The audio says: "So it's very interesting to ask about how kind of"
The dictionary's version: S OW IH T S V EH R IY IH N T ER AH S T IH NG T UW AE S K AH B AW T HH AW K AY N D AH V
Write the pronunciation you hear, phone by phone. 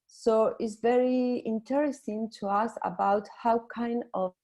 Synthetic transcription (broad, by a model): S OW IH T S V EH R IY IH N T ER AH S T IH NG T UW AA S AH B AW T HH AW K AY N D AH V